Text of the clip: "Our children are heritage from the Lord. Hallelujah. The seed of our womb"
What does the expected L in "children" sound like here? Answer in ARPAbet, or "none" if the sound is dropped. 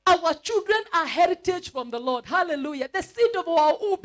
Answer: L